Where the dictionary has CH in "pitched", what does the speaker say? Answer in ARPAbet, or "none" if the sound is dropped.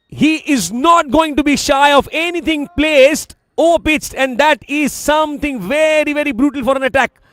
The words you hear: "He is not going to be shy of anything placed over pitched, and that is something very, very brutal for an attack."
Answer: S